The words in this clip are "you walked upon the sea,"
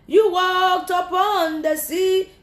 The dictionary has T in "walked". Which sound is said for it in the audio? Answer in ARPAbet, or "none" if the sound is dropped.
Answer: T